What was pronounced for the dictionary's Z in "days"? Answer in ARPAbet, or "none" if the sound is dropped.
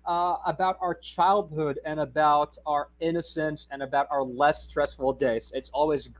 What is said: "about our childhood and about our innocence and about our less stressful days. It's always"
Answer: S